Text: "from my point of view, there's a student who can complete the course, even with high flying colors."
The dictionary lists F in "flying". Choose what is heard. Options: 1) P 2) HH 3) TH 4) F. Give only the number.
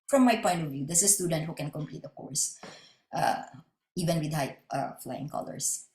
4